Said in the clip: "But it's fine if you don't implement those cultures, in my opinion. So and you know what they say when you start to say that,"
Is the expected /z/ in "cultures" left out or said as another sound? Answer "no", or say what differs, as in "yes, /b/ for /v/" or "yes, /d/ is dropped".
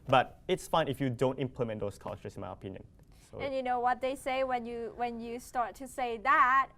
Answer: yes, /z/ is dropped